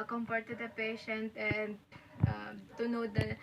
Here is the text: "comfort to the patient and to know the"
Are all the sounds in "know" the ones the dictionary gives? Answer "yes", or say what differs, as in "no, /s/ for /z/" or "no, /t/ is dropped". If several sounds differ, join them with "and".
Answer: yes